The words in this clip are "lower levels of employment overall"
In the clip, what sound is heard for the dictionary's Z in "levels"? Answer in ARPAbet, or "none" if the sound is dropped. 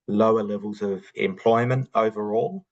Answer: Z